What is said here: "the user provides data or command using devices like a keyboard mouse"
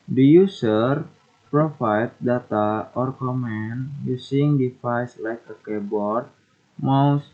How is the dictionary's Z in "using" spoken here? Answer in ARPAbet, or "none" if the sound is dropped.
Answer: S